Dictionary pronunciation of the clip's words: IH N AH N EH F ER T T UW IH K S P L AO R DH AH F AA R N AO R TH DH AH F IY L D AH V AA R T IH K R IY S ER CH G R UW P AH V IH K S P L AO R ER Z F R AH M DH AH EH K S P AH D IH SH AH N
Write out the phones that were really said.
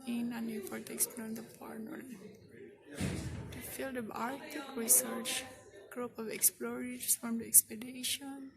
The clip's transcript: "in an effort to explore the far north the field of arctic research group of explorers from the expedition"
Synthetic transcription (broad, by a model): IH N AH N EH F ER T T UW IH K S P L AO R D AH P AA R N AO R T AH F IY L D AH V AA R T IH K R IY S ER CH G R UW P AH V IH K S P L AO R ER S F R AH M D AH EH K S P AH D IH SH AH N